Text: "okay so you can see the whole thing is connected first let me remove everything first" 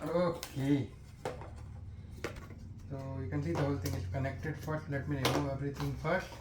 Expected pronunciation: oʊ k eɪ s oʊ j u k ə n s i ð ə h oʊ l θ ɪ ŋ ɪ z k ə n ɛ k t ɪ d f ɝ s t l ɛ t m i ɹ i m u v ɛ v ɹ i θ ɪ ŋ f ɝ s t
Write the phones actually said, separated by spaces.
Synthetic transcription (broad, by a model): oʊ k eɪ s oʊ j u k ə n s i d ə h oʊ l t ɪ ŋ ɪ s k ə n ɛ k t ɪ d f ɝ s t l ɛ t m i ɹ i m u ɛ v ɹ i t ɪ ŋ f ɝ s t